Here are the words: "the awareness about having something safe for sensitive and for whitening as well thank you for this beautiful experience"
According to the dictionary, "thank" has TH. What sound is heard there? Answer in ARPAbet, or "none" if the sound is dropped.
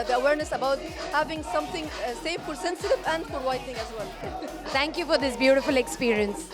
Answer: T